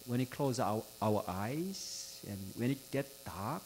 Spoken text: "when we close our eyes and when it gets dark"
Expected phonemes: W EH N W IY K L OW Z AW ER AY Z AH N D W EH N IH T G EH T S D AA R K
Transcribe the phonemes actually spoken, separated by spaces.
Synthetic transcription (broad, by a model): W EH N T K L OW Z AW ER AY Z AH N W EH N IH T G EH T D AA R K